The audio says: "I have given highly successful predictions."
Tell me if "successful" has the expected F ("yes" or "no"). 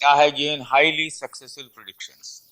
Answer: no